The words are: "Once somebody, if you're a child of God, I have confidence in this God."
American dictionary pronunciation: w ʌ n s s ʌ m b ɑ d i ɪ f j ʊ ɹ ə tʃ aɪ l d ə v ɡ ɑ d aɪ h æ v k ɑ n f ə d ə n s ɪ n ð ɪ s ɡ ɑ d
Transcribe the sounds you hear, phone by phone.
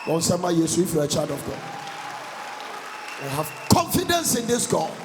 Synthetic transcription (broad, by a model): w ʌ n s s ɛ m ɑ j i ɪ f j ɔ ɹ ə tʃ aɪ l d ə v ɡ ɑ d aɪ h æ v k ɑ n f ə d ə n s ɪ n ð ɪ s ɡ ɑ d